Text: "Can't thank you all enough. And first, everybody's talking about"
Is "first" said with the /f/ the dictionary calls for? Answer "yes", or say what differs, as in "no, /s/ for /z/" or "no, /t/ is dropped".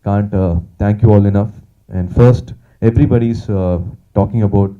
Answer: yes